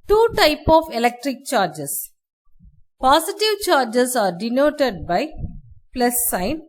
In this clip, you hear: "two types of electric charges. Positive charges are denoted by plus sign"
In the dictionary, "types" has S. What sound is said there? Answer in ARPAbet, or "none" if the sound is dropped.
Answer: none